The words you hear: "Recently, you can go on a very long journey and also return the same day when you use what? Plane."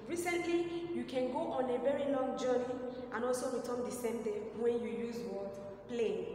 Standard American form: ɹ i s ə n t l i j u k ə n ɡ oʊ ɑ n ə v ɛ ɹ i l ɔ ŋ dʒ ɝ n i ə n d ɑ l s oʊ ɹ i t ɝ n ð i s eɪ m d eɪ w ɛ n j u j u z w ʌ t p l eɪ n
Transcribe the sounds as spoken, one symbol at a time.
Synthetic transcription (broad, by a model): ɹ i s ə n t l i j u k ə n ɡ oʊ ɑ n ə v ɛ ɹ i l ɔ ŋ dʒ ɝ n i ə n ɑ l s oʊ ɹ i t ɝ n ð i s eɪ m d eɪ w ɛ n j u j u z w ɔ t p l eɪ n